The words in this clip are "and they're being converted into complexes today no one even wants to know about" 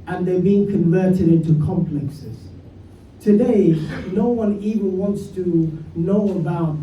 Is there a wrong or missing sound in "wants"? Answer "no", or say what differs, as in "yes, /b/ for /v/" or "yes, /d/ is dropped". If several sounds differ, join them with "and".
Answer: no